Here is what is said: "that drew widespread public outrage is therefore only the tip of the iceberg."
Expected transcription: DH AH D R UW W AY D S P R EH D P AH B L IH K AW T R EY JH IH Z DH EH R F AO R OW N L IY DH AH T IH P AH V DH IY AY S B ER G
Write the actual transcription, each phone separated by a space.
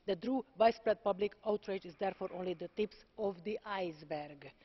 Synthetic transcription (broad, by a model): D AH D R UW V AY S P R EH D P AH B L IH K AW T R EY JH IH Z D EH R F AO R OW N L IY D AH T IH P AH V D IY AY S B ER G